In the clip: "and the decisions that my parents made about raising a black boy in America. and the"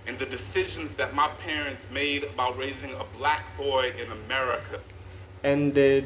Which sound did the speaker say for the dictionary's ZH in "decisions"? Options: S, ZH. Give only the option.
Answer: ZH